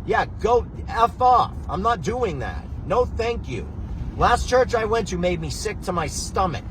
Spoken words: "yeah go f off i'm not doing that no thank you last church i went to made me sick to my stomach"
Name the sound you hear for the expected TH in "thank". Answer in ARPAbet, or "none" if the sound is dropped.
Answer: TH